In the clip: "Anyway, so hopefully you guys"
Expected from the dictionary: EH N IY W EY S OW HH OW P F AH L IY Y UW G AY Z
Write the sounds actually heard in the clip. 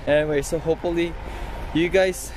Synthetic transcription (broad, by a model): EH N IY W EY S OW HH OW P F AH L IY Y UW G AY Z